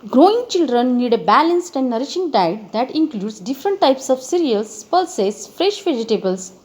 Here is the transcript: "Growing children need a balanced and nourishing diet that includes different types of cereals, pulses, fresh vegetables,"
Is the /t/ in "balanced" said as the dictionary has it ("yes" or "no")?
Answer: yes